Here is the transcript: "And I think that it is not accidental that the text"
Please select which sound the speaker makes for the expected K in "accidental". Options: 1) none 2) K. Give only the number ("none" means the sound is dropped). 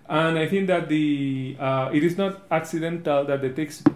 2